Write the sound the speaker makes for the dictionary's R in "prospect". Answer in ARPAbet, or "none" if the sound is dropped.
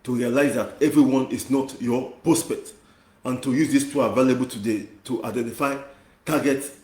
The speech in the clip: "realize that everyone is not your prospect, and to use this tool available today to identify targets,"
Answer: R